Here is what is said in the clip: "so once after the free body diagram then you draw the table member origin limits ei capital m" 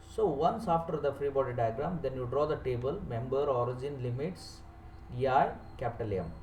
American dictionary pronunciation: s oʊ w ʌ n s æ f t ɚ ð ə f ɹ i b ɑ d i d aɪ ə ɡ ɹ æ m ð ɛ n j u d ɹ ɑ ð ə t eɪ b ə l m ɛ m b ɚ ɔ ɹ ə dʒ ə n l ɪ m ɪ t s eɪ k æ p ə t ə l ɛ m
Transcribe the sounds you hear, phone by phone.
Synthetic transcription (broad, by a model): s oʊ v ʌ n s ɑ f t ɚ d ə f ɹ i b ɑ d i d aɪ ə ɡ ɹ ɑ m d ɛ n j u d ɹ ɑ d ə t eɪ b ə l m ɛ m b ɚ ɔ ɹ ə dʒ ə n l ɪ m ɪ t s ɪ k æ p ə t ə l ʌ m